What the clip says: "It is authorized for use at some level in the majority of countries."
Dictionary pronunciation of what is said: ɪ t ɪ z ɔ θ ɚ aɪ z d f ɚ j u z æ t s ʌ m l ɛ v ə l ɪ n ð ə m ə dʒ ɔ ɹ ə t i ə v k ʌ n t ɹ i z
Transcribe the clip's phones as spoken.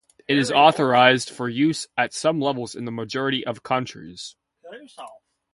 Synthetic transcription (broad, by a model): ɪ t ɪ z ɔ θ ɚ aɪ z d f ɚ j u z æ t s ʌ m l ɛ v l ɪ n ð ə m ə dʒ ɔ ɹ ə t i ə v k ʌ n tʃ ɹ i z